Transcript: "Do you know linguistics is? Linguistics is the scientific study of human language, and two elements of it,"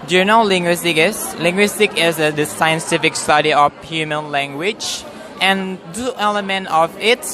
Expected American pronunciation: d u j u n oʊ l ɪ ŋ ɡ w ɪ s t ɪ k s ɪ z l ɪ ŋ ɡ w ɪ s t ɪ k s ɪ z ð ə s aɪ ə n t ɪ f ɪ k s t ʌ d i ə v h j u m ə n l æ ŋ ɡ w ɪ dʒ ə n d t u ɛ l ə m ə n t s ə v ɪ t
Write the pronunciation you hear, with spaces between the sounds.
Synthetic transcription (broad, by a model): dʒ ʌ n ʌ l l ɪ ŋ ɡ w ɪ s t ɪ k ɪ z l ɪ ŋ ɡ w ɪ s t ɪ k ɪ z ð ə s aɪ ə n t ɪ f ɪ k s t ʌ d i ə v h j u m ə n l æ ŋ ɡ w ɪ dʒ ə n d t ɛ l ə m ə n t ə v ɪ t